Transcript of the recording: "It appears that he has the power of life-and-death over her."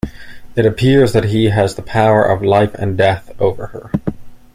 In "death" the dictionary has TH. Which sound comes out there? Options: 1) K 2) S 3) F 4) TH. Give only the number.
4